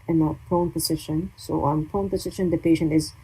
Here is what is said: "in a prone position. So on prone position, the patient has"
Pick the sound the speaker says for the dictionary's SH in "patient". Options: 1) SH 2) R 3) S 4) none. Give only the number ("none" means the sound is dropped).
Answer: 1